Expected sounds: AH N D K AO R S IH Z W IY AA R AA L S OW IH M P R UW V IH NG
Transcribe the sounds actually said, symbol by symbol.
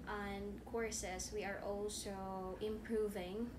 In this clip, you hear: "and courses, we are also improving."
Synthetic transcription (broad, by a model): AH N K AO R S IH S W IY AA R AA L S OW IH M P R UW V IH NG